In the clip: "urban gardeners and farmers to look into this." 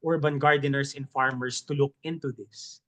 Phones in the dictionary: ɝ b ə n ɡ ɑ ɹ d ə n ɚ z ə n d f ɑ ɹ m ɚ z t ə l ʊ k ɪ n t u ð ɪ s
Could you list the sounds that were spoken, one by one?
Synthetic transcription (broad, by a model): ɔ b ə n ɡ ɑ ɹ d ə n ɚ s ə n f ɑ ɹ m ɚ s t ə l ʊ k ɪ n t u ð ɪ s